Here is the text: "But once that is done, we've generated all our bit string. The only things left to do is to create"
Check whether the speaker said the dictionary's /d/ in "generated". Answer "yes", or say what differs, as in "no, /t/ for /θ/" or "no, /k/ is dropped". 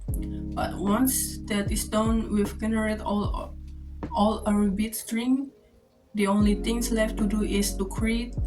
no, /d/ is dropped